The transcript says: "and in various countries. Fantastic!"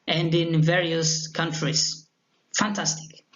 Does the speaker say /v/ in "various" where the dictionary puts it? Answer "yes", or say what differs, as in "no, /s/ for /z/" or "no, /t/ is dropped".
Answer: yes